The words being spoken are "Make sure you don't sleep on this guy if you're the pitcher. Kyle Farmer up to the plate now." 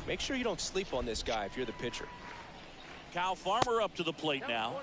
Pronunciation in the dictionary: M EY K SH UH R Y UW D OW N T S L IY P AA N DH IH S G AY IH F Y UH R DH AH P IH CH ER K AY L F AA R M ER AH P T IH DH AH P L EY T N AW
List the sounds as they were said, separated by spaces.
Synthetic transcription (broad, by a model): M EY K SH UH R Y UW D OW N T S L IY P N DH IH S G AY IH F Y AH R DH AH P IH CH ER K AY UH F AA R M ER AH P T IH DH AH P L EY T N AW